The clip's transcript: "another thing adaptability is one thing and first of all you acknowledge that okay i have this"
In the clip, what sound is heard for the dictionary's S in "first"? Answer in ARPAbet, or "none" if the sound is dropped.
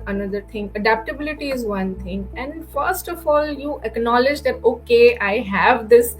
S